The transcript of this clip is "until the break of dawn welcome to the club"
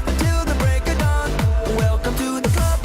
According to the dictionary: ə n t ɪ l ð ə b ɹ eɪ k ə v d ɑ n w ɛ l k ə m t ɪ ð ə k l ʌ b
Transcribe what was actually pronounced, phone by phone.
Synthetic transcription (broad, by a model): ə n t ɪ l ð ə b ɹ eɪ k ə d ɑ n w ɛ l k ə m t ɪ ð ə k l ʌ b